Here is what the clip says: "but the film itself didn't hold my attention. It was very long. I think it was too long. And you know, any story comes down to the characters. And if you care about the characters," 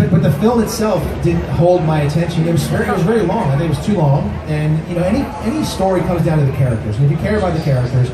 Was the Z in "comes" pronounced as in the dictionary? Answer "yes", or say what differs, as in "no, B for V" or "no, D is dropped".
yes